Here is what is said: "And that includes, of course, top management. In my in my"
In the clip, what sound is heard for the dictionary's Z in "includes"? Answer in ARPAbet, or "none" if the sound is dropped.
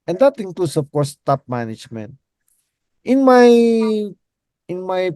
S